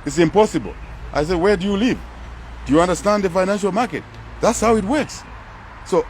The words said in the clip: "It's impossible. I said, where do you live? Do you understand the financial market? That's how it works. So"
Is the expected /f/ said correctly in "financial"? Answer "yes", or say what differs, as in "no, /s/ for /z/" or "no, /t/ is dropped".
yes